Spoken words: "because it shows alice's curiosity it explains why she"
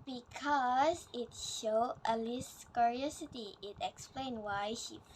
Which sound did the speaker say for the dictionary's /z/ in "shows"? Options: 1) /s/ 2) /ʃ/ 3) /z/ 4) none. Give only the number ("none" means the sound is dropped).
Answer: 4